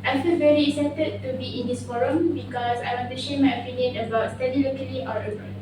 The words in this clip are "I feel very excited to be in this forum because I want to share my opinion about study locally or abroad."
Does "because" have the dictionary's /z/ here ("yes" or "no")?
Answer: no